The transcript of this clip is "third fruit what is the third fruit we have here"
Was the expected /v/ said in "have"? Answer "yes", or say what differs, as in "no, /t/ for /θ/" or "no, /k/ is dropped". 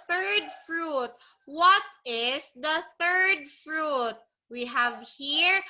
yes